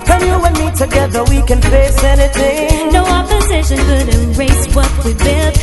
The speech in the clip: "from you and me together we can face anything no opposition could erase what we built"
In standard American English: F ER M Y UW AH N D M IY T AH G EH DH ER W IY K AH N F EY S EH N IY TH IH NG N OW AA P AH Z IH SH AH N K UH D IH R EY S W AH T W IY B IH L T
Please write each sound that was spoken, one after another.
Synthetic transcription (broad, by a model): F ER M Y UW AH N M IY T AH G EH DH ER W IY K AH N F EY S EH N IY TH IH NG N OW AA P AH Z IH SH AH N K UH D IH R EY S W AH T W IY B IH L